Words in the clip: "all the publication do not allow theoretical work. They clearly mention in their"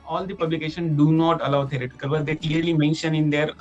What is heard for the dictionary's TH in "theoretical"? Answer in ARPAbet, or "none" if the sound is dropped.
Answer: T